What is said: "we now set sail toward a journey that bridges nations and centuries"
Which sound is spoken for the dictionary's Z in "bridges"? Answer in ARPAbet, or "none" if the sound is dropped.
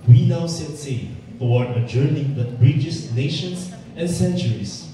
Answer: S